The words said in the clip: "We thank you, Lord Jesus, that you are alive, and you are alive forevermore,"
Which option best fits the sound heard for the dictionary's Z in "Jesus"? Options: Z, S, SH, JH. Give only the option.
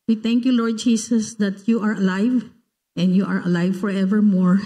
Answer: S